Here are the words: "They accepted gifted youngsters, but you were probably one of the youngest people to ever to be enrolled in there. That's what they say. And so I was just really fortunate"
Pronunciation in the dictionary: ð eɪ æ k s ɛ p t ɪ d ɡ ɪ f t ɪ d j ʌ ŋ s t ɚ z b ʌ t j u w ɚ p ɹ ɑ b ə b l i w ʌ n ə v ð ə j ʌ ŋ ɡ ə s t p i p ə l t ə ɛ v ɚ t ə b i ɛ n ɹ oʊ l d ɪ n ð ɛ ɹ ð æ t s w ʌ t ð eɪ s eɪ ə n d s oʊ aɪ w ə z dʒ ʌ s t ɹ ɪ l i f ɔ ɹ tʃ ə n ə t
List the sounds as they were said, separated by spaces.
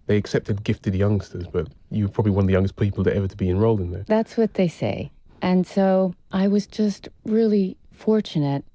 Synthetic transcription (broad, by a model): ð eɪ æ k s ɛ p t ɪ d ɡ ɪ f t ɪ d j ʌ ŋ s t ɚ z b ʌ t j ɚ p ɹ ɑ b ə b l i w ʌ n ə v ð ə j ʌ ŋ ɡ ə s p i p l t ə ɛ v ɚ t ə b i ɛ n ɹ oʊ l d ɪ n ð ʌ ɹ ð æ t s w ʌ t ð eɪ s eɪ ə n s oʊ aɪ w ə z dʒ ʌ s t ɹ ɪ l i f ɔ ɹ tʃ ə n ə t